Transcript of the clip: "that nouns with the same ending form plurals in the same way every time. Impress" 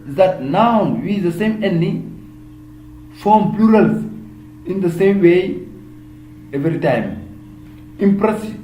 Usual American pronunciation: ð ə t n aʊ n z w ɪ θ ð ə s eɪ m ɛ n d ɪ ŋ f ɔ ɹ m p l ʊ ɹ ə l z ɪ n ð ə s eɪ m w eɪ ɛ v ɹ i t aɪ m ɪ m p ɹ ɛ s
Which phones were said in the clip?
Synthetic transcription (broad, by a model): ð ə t n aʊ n w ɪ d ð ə s eɪ m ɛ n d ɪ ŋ f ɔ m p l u ɹ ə l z ɪ n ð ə s eɪ m w eɪ ɛ v ɹ i t aɪ m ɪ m p ɹ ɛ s